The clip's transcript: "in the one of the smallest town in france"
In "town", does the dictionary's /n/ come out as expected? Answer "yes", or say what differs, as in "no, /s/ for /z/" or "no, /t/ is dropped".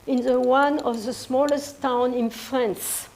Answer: yes